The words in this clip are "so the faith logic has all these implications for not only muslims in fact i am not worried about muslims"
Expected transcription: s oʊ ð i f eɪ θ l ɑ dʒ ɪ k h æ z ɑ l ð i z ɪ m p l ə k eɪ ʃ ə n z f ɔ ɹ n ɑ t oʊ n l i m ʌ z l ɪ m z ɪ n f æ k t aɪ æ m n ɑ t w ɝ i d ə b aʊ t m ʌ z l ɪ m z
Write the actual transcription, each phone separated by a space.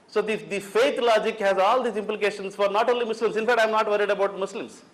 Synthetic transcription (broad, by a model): s oʊ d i f eɪ t l ɑ dʒ ɪ k h æ z ɑ l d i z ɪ m p l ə k eɪ ʃ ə n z f ɔ ɹ n ɑ t oʊ n l i m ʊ s l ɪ m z ɪ n f æ k t aɪ m n ɑ t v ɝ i d ə b aʊ t m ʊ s l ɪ m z